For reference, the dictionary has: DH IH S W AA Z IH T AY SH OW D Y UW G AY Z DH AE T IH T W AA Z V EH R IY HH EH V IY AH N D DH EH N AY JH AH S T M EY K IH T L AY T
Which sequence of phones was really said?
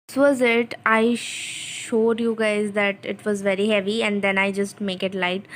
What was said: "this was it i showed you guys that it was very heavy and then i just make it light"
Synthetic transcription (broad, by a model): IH S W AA Z IH T AY SH OW D Y UW G AY Z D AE T IH T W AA Z V EH R IY HH EH V IY AH N D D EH N AY JH AH S T M EY K IH T L AY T